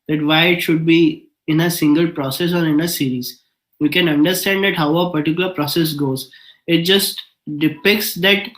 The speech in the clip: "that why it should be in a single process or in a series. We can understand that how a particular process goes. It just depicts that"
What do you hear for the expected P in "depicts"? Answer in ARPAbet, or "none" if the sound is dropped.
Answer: P